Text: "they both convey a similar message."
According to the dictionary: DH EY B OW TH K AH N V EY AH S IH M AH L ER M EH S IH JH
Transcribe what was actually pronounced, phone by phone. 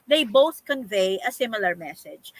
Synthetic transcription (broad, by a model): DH EY B OW TH K AH N V EY AH S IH M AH L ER M EH S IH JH